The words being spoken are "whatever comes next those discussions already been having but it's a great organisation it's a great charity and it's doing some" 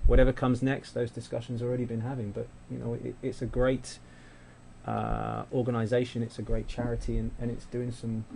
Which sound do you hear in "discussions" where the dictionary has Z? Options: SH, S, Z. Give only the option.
Z